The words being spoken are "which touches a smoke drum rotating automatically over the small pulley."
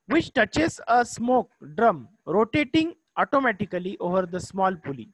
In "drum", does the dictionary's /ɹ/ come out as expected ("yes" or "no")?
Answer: yes